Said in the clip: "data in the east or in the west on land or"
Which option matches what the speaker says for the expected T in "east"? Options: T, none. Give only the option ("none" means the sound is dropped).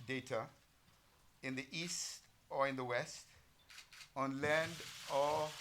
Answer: T